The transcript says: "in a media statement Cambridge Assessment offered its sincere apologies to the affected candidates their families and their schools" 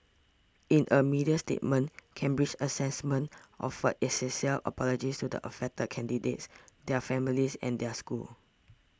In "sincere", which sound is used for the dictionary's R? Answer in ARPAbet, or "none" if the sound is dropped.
L